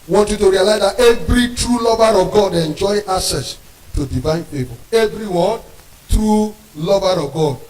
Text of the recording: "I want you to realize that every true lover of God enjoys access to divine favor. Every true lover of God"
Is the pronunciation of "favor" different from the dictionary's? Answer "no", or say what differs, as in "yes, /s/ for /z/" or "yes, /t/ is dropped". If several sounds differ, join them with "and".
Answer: yes, /b/ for /v/